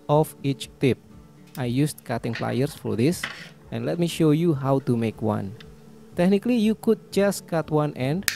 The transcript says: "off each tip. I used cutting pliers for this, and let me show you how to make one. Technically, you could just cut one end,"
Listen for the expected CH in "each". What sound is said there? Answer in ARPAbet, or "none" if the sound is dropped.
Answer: CH